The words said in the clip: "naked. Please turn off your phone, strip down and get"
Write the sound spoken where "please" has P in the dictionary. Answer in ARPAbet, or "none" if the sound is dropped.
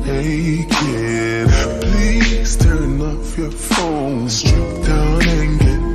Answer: P